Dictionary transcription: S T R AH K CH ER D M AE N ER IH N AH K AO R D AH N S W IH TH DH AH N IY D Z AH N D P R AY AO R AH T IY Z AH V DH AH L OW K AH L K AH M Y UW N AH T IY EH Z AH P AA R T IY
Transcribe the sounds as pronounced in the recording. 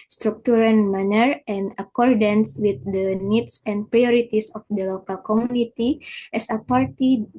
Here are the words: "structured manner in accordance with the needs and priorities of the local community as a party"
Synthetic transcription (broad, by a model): S T R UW K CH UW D M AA N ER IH N AH K AO R D AH N S W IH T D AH N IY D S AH N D P R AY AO R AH T IY S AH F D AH L OW K AH L K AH M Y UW N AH T IY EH S AH P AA R T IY